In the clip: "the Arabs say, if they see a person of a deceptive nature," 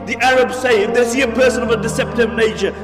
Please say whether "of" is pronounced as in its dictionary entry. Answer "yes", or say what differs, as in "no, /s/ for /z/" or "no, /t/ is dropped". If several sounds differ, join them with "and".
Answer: yes